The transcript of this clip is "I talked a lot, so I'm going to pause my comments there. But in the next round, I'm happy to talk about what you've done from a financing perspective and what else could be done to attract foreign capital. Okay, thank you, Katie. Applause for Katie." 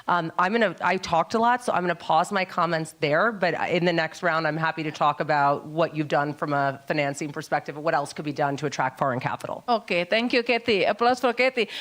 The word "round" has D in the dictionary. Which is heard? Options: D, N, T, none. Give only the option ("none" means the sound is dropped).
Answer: D